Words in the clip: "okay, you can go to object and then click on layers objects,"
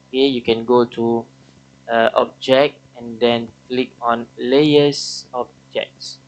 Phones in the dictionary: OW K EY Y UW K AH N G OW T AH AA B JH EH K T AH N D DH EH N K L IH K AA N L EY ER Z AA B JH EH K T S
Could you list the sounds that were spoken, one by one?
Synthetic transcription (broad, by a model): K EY Y UW K AH N G OW T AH AA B JH EH K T AH N D EH N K L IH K AA N L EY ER S AA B JH EH K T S